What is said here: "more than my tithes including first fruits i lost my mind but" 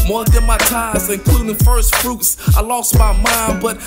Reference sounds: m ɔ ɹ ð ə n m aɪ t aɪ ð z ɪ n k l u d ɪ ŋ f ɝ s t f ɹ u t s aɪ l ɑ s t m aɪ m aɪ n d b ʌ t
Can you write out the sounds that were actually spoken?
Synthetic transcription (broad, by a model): m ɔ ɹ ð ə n m aɪ t aɪ z ɪ n k l u d ɪ ŋ f ɝ s t f ɹ u t s aɪ l ɑ s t m aɪ m aɪ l b ʌ t